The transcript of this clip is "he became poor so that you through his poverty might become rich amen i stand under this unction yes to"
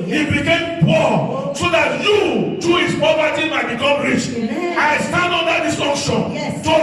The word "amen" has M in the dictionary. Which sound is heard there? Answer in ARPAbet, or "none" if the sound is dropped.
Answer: none